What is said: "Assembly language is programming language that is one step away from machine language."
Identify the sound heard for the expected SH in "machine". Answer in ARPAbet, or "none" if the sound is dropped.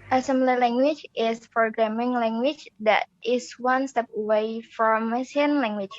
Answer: S